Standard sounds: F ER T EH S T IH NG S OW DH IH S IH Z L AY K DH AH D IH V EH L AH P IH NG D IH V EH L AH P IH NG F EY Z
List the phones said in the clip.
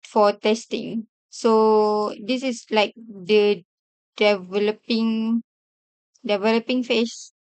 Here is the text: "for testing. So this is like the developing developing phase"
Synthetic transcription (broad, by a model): F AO T EH S T IH NG S OW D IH S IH S L AY K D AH D IH V EH L AH P IH NG D IH V EH L AH P IH NG F EY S